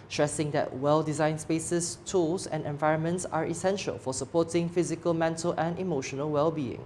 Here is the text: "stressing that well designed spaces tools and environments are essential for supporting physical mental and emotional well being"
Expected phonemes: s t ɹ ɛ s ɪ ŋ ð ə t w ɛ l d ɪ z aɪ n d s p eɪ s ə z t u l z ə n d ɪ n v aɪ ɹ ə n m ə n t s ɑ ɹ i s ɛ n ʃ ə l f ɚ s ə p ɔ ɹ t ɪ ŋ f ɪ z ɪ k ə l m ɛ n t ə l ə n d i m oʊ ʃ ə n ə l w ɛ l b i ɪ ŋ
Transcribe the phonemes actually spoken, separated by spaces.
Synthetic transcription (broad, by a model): s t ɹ ɛ s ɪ ŋ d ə t w ɛ l d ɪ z aɪ n s p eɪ s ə s t u l s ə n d ɪ n v aɪ ɹ ə n m ə n t s ɑ ɹ i s ɛ n ʃ ə l f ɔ s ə p ɔ t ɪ ŋ f ɪ z ɪ k ə l m ɛ n t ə l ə n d i m oʊ ʃ ə n ə l w ɛ l b i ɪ ŋ